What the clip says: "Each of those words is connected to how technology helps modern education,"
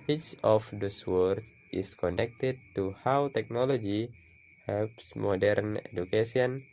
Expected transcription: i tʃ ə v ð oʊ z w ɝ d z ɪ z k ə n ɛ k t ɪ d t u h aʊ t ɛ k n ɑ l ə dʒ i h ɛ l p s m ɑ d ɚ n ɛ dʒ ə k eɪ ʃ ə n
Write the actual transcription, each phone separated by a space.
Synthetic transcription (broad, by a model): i tʃ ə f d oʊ s w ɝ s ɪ s k ə n ɛ k t ɪ d t u h aʊ t ɛ k n ɑ l ə dʒ i h ɛ l p s m ɑ d ɚ n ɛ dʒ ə k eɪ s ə n